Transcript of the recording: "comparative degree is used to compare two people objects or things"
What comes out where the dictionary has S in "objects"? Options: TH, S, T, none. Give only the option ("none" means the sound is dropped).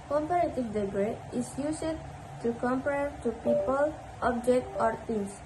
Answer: none